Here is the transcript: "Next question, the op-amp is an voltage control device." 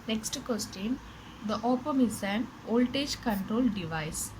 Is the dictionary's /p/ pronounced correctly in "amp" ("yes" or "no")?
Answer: no